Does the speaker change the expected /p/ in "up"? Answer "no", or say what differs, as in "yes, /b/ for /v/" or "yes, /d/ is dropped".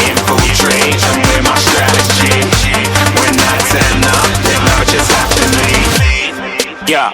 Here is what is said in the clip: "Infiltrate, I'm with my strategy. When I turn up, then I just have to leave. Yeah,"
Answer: yes, /f/ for /p/